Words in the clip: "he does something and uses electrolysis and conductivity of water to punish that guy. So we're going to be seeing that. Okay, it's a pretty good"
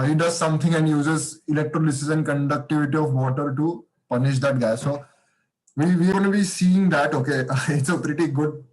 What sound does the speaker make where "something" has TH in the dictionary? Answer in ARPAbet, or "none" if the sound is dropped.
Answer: T